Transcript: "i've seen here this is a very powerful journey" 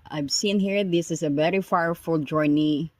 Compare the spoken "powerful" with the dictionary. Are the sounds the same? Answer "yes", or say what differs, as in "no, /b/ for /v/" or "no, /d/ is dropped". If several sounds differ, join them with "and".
no, /f/ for /p/